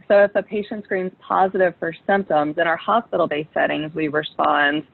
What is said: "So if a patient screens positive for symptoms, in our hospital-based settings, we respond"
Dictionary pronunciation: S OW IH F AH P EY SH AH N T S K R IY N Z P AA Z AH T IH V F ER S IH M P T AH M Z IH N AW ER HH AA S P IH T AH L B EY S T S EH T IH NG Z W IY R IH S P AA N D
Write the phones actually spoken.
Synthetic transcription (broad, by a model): S OW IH F AH P EY SH AH N T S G R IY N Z P AA Z AH T IH V F ER S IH M P T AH M Z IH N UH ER HH AA S P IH T L B EY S S EH T IH NG Z W IY R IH S P AA N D